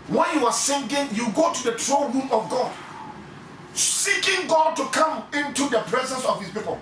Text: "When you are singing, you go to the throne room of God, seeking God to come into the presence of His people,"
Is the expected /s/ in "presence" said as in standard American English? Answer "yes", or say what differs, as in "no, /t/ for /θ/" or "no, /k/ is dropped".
yes